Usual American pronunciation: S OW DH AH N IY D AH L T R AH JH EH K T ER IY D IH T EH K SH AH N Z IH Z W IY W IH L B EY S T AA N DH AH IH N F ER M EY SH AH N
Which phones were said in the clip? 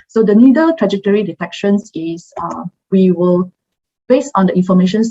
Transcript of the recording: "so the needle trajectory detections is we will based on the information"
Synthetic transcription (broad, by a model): S OW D AH N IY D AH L T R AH JH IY T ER IY D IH T EH K SH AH N S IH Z W IY W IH L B EY S AA N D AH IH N F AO M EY SH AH N